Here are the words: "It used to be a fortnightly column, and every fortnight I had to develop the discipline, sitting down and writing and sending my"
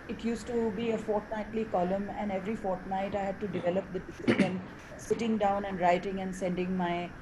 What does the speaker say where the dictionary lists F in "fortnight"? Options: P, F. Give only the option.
F